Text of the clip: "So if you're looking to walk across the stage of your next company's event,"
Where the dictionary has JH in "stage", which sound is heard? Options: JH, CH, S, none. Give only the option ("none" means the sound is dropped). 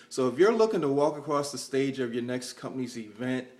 JH